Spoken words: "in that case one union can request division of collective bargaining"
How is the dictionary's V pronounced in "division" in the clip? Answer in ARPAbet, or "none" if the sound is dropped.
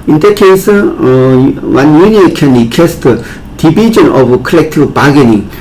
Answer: B